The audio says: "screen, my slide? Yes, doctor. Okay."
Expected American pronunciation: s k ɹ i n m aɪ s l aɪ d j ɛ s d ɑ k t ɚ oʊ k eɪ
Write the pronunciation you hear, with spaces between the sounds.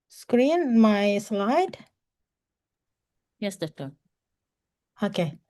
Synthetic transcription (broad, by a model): s k ɹ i n m aɪ s l aɪ d j ɛ s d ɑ t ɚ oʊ k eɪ